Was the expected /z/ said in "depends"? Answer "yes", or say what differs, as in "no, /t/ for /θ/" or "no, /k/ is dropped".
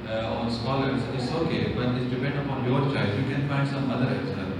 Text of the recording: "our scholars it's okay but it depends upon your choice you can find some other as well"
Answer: no, /z/ is dropped